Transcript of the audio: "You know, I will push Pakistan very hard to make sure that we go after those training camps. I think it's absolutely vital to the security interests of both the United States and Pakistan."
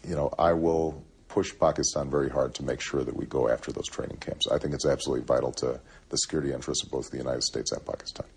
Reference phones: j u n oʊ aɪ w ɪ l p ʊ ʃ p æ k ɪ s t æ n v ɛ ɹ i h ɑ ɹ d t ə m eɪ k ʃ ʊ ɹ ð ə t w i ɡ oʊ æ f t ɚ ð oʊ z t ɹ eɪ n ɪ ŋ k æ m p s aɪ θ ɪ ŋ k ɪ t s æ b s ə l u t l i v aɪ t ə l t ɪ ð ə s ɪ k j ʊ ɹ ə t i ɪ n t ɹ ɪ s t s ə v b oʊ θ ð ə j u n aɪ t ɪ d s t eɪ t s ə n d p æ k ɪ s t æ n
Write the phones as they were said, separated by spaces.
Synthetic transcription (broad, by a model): j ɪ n oʊ aɪ w ɪ l p ʊ ʃ p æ k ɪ s t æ n v ɛ ɹ i h ɑ ɹ d t ə m eɪ k ʃ ʊ ɹ ð ə t w i ɡ oʊ æ f t ɚ ð oʊ z t ɹ eɪ n ɪ ŋ k æ m p s aɪ θ ɪ ŋ k ɪ t s æ b s ə l u t l i v aɪ t l t ɪ ð ə s ɪ k j ʊ ɹ ə t i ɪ n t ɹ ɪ s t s ə v b oʊ θ ð ə j u n aɪ t ɪ d s t eɪ t s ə n p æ k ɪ s t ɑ n